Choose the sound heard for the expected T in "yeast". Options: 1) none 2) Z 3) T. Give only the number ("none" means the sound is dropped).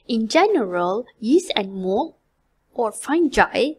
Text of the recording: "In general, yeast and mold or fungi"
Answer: 1